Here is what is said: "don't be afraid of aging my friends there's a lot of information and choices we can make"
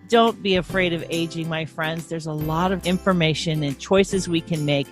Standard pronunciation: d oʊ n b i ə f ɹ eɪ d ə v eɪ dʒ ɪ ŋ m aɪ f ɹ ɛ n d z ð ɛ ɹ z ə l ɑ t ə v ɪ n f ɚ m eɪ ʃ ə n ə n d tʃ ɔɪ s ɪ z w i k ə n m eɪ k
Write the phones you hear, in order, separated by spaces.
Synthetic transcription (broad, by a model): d oʊ n b i ə f ɹ eɪ d ə v eɪ dʒ ɪ ŋ m aɪ f ɹ ɛ n d z ð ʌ ɹ z ə l ɑ t ə v ɪ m f ɚ m eɪ ʃ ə n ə n tʃ ɔɪ s ɪ z w i k ə n m eɪ k